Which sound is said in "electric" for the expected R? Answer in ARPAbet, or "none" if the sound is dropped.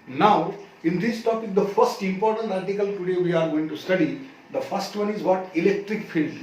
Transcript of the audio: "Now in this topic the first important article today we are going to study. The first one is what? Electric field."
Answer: R